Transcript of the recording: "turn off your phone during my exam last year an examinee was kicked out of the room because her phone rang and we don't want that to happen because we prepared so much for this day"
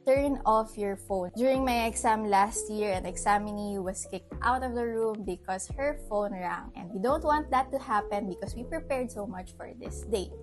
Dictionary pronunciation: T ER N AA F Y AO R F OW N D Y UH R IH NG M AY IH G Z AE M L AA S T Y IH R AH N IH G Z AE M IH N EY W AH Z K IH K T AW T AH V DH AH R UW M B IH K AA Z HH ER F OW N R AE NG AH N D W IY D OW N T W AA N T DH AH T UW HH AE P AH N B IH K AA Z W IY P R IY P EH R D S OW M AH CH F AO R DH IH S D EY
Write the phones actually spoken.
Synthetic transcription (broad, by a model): T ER N AA F Y AO R F OW N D Y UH R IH NG M AY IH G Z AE M L AA S T Y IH R AH N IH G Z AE M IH N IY W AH S K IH K T AW T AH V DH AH R UW M B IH K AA S HH ER F OW N R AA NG AH N D W IY D OW N T W AA N T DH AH T UW HH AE P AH N B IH K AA S W IY P R IY P EH R D S OW M AH CH F AO R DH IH S D EY